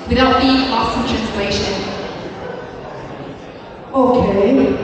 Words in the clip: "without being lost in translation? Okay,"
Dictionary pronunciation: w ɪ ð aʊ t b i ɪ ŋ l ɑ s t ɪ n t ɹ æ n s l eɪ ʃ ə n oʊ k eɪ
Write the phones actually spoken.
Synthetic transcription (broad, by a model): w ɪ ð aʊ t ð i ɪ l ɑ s ɪ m t ɹ æ n s l eɪ ʃ ə n oʊ k eɪ